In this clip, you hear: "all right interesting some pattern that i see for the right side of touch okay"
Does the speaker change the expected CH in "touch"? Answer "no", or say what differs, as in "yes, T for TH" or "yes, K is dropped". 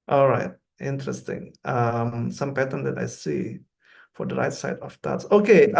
yes, S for CH